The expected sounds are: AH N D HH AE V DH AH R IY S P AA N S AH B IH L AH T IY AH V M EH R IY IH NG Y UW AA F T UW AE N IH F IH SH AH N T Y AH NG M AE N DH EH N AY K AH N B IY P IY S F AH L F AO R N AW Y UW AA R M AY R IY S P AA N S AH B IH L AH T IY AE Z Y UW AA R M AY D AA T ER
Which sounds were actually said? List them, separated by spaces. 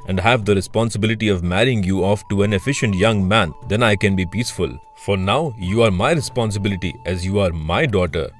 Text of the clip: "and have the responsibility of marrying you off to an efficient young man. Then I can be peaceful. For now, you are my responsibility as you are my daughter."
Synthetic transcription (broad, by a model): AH N D HH AE V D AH R IY S P AA N S AH B IH L AH T IY AH V M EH R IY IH NG Y UW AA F T UW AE N IH F IH SH AH N T Y AH NG M AE N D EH N AY K AH N B IY P IY S F AH L F AO R N AW Y UW AA R M AY R IY S P AA N S AH B IH L AH T IY AE Z Y UW AA R M AY D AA T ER